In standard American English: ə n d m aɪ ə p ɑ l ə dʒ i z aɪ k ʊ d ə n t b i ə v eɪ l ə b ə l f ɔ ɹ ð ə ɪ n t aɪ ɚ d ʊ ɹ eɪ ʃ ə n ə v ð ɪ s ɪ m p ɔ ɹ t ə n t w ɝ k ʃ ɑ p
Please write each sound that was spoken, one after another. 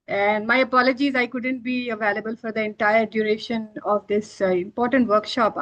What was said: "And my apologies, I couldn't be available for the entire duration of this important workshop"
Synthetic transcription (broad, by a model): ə n d m aɪ ə p ɑ l ə dʒ i z aɪ k ʊ d ə n t b i ə v eɪ l ə b ə l f ɔ ɹ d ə ɪ n t aɪ ɚ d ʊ ɹ eɪ ʃ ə n ə v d ɪ s ɪ m p ɔ ɹ t ə n t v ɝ k ʃ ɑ p